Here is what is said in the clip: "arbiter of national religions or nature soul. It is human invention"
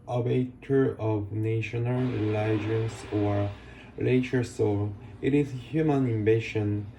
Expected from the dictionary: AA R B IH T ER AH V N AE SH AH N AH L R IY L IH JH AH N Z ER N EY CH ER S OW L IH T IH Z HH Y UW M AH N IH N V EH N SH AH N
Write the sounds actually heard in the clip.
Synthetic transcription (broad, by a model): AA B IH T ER AH V N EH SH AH N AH L L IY IH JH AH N S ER L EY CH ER S OW L IH T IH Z HH Y UW M AH N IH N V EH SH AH N